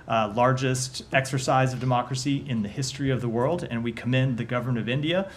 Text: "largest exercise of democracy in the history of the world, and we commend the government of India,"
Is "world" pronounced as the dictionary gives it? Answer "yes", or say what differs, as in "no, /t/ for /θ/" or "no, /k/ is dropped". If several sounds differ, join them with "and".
yes